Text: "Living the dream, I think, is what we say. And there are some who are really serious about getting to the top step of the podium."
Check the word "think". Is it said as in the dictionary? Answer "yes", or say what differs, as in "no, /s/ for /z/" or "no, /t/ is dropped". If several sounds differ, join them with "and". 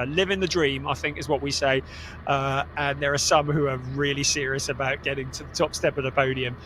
yes